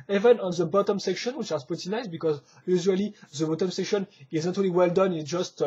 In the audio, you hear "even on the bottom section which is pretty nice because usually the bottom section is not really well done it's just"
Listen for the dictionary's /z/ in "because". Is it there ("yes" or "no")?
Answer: yes